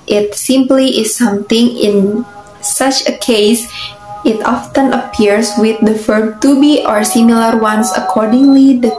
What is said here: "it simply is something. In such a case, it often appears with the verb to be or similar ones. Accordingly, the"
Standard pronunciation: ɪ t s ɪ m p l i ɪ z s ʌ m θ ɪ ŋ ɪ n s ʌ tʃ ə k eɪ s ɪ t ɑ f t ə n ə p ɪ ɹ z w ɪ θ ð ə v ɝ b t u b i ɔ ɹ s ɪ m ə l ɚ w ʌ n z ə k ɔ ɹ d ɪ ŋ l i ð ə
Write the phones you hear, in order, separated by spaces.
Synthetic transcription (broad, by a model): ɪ t s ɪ m p l i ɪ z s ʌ m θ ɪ ŋ ɪ n s ʌ tʃ ə k eɪ s ɪ t ɑ f t ə n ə p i ɹ s w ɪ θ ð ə f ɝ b t u b i ɔ ɹ s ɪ m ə l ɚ w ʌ n s ə k ɔ ɹ d ɪ ŋ l i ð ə